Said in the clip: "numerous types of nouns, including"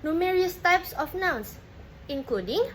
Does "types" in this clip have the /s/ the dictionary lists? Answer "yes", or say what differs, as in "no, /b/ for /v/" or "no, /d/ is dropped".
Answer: yes